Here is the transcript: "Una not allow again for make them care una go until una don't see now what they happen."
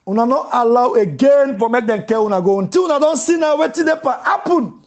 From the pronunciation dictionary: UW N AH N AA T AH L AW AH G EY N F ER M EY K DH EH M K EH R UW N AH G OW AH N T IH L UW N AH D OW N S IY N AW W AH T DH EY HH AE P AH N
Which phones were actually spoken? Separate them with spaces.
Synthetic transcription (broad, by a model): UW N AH N AA T AH L AW AH G EY N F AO M EY K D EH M K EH W UW N AH G OW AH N T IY W UW N AH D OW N S IY N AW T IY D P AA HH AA P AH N